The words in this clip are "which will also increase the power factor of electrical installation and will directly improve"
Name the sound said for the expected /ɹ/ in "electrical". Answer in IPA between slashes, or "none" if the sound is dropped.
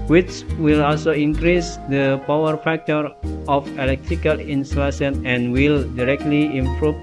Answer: /ɹ/